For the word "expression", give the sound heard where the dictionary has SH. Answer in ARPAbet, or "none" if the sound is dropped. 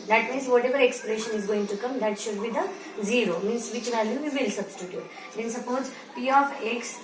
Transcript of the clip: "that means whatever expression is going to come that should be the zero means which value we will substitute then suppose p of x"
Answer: SH